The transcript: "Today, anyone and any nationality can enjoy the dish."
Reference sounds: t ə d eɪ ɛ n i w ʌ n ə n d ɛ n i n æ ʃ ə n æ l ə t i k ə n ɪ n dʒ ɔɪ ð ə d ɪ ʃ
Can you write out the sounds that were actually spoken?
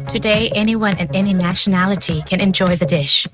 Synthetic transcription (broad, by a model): t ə d eɪ ɛ n i w ʌ n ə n ɛ n i n æ ʃ ə n æ l ə t i k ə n ɪ n dʒ ɔɪ ð ə d ɪ ʃ